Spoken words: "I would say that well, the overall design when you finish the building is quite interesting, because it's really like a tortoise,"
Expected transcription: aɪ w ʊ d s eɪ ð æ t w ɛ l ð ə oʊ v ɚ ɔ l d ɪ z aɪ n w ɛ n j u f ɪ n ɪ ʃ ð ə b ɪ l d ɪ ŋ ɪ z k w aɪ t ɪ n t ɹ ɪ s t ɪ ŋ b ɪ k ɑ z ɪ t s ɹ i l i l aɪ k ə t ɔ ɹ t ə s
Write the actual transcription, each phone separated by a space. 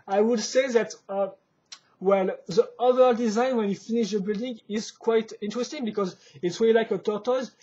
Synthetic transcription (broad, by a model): aɪ w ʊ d s eɪ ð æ t w ɛ l ð ə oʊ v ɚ d ɪ z aɪ n w ɛ n j u f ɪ n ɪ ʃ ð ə b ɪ l d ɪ ŋ ɪ z k w aɪ t ɪ n t ɹ ɪ s t ɪ ŋ b ɪ k ɑ z ɪ t s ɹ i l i l aɪ k ə t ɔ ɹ t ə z